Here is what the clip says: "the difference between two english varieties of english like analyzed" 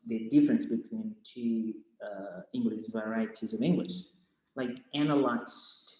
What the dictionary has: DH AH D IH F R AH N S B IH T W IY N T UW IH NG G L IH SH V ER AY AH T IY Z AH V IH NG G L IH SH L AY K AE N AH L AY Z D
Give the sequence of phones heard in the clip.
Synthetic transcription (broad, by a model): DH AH D IH F R AH N S B IH T W IY N T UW IH NG G L IH SH V ER AY AH T IY Z AH V IH NG G L IH SH L AY K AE N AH L AY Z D